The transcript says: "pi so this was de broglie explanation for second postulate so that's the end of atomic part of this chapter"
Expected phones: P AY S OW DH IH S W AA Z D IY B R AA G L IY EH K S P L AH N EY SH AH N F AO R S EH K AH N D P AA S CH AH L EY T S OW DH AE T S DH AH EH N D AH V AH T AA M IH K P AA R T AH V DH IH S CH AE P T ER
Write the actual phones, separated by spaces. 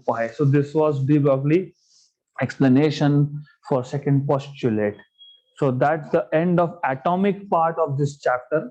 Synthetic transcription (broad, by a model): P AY S OW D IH S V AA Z D IY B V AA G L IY EH K S P L AH N EY SH AH N F AO R S EH K AH N D P AA S CH AH L EY T S OW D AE T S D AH EH N D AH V AH T AA M IH K P AA R T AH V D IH S CH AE P T ER